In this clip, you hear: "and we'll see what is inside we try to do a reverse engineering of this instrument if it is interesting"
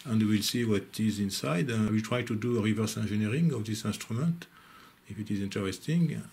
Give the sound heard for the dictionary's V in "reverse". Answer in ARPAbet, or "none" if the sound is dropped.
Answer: V